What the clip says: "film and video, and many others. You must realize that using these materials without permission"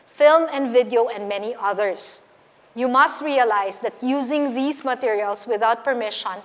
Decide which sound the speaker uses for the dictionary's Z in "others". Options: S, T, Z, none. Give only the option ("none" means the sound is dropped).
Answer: S